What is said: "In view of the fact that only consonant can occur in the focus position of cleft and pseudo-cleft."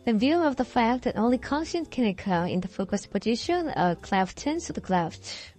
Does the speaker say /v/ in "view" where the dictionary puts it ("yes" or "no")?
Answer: yes